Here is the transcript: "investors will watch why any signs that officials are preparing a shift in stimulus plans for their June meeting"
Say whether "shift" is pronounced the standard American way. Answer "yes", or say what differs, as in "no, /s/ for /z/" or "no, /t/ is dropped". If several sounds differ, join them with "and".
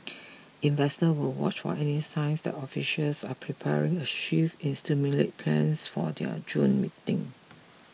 no, /t/ is dropped